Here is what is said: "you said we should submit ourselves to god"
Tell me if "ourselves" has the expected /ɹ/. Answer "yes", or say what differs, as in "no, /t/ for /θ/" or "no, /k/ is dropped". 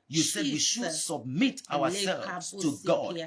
no, /w/ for /ɹ/